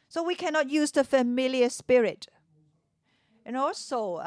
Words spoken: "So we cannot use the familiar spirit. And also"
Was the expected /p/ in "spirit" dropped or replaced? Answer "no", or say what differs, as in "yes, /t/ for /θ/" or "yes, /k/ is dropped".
no